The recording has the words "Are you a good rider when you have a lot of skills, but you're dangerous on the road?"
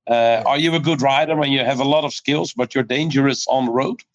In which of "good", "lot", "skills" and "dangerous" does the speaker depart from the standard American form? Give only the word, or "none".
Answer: none